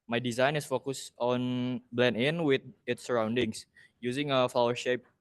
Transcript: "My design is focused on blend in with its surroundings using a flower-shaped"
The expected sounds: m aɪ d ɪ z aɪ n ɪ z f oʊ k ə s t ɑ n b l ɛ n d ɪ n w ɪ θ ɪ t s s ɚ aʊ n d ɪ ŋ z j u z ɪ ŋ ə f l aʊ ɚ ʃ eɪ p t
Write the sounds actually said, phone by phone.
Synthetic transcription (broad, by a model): m aɪ d ɪ z aɪ n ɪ s f oʊ k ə s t ɑ n b l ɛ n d ɪ n w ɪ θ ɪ t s s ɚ aʊ n d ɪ ŋ s j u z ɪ ŋ ə f l aʊ ɚ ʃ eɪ p